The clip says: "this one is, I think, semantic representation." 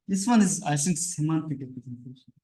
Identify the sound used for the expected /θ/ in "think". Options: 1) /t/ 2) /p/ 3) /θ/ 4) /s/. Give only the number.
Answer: 4